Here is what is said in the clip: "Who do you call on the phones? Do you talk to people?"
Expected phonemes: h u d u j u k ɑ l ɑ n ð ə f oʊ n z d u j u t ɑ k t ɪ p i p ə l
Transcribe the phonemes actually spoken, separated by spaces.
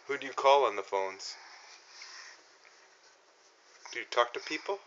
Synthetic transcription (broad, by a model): h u d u j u k ɑ l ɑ n ð ə f oʊ n z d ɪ j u t ɑ k t ɪ p i p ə l